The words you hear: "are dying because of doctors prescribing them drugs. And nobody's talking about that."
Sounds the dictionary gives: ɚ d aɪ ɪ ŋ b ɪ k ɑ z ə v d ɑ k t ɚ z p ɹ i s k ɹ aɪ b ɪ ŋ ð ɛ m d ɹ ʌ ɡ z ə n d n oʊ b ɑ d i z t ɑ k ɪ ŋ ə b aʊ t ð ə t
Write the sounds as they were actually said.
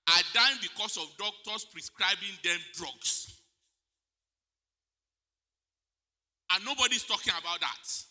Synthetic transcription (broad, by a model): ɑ d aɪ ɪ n b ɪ k ɑ s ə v d ɑ k t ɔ s p ɹ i s k ɹ aɪ b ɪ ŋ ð ɛ m d ɹ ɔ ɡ s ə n n oʊ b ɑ d i s t ɑ k ɪ ŋ ə b aʊ t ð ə t